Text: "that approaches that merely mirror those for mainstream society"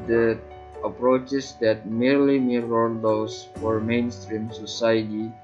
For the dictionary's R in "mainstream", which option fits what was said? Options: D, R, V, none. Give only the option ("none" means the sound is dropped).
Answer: R